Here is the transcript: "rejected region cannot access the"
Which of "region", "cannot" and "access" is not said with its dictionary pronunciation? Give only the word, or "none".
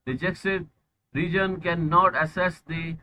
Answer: access